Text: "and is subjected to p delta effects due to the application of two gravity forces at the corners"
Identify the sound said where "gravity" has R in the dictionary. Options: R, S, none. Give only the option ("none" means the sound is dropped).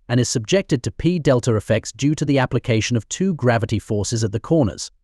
R